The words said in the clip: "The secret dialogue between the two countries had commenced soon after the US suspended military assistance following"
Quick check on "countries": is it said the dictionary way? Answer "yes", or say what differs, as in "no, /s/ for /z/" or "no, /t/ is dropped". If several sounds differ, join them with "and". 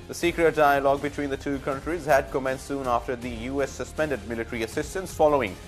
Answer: yes